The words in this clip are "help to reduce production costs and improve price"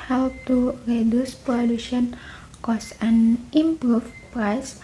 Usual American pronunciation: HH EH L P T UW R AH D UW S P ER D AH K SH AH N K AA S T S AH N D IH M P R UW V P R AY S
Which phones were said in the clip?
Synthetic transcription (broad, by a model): HH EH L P T UW R AH D UW S P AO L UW SH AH N K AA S S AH N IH M P R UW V P R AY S